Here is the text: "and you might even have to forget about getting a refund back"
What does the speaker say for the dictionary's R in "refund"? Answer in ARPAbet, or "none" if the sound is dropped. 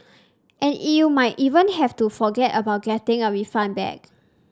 W